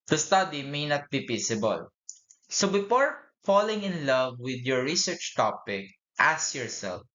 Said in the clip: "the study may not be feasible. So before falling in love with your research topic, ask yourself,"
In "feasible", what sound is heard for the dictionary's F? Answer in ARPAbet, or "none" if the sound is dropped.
P